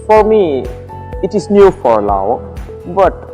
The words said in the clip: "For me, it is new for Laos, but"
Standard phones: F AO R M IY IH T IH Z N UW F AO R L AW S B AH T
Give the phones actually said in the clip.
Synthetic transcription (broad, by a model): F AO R M IY IH T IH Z N UW F AO R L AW B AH T